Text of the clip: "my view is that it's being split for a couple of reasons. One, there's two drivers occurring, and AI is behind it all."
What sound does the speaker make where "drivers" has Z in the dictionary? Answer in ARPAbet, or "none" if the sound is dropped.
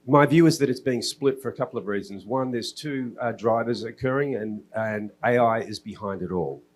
Z